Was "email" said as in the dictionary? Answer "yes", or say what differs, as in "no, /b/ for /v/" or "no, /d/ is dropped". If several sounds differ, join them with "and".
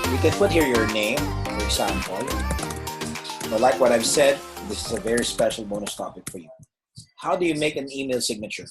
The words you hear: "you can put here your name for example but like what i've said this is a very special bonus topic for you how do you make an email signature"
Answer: yes